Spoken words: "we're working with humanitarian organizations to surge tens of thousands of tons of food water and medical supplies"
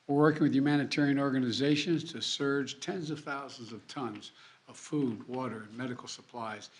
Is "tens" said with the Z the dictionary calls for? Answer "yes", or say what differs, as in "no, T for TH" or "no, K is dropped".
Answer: yes